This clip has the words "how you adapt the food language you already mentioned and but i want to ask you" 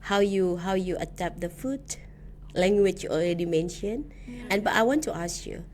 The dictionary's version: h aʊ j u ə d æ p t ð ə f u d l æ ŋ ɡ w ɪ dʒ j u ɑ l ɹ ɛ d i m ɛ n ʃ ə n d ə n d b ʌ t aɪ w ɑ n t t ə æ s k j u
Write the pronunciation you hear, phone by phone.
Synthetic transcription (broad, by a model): h aʊ j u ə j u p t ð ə f u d l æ ŋ ɡ w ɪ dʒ j u ɑ l ɹ ɛ d i m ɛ n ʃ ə n ə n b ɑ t aɪ w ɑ n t t ə s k j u